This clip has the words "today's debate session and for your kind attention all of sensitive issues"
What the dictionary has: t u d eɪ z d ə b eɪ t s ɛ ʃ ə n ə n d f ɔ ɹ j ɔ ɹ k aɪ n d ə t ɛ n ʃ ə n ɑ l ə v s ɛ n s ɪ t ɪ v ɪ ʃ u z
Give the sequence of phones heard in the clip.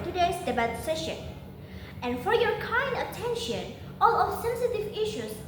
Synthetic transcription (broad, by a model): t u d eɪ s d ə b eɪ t s ɛ ʃ ə n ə n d f ɔ ɹ j ɔ ɹ k aɪ n d ə t ɛ n ʃ ə n ɑ l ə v s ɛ n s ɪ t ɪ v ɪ ʃ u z